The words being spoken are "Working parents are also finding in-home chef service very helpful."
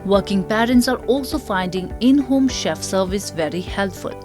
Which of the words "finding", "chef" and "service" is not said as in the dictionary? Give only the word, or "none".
none